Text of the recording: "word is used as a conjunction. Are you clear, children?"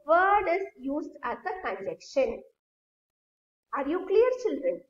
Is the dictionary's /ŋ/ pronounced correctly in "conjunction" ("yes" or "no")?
no